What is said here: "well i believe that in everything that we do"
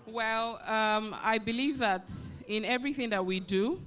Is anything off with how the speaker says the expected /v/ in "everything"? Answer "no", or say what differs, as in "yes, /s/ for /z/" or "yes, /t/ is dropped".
no